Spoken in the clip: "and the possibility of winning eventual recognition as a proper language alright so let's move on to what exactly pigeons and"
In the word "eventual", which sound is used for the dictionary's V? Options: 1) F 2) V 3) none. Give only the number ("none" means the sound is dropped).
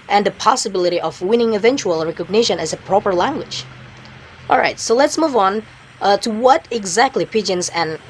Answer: 2